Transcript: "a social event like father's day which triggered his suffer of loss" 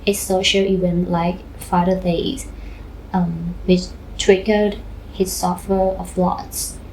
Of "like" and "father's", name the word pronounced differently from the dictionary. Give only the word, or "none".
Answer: father's